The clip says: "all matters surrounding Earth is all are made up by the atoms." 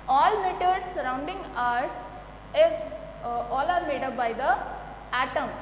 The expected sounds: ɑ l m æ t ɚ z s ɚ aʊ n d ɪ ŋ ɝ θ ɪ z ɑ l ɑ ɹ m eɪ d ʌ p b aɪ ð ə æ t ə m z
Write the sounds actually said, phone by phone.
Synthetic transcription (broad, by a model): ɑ l m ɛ t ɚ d s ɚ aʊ n d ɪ ŋ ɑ t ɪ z ɑ l ɑ ɹ m eɪ d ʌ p b aɪ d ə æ t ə m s